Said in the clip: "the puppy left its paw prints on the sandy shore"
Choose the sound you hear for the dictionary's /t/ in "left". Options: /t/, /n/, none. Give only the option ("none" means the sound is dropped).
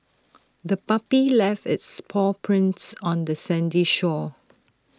/t/